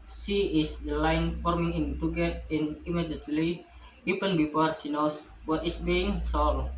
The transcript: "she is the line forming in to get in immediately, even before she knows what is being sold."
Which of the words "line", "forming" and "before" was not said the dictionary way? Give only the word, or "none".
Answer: before